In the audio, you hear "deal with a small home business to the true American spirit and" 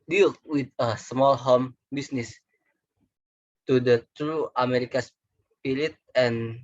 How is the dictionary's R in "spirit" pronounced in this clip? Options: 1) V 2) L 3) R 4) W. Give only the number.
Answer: 2